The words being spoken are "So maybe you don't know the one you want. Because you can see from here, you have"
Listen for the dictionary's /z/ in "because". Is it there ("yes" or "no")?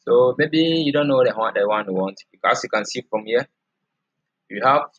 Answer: no